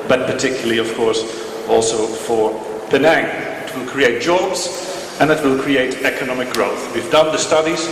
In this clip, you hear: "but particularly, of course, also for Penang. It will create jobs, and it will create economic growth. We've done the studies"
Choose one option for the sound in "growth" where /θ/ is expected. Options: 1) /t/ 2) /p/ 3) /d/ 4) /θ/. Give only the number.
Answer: 4